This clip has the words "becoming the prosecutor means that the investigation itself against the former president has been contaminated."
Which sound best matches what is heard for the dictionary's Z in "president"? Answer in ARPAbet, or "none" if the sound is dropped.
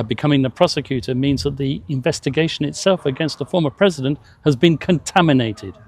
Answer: Z